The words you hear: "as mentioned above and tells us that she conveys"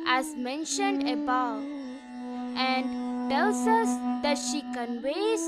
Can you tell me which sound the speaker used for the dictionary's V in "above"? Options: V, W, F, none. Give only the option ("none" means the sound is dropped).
none